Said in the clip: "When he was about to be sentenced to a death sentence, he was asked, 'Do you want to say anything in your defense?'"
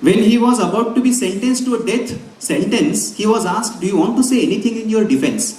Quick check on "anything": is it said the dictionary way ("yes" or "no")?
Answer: no